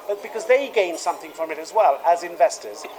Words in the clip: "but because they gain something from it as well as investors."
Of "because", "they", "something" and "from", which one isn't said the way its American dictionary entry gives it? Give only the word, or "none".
none